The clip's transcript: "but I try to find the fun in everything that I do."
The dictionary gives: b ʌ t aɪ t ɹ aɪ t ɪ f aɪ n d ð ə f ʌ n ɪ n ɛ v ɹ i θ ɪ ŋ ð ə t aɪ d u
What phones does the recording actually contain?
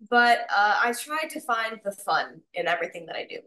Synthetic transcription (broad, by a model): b ʌ t aɪ t ɹ aɪ t ɪ f aɪ n ð ə f ʌ n ɪ n ɛ v ɹ i θ ɪ ŋ ð ə t aɪ d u